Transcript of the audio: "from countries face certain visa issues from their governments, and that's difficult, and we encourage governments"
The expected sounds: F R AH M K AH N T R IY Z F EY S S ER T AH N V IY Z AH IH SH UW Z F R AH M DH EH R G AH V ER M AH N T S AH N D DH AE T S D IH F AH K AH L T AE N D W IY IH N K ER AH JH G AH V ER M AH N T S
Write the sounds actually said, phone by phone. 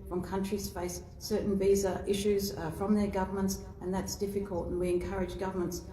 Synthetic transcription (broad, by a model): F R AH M K AH N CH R IY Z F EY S S ER T N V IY Z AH IH SH UW Z F R AH M DH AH R G AH V ER M AH N T S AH N DH AE T S D IH F AH K AH L T N W IY IH N K ER AH JH G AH V ER M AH N T S